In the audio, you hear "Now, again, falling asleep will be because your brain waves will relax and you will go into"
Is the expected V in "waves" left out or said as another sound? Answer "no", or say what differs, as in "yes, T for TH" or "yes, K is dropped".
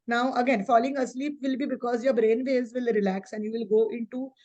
yes, V is dropped